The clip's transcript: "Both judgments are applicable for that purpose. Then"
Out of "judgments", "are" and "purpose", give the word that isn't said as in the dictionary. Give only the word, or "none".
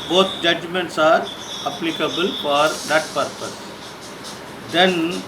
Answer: none